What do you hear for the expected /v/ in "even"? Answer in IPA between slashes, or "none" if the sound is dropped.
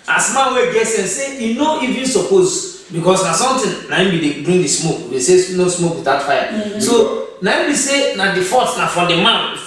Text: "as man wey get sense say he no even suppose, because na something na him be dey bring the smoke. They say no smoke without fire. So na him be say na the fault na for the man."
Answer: /v/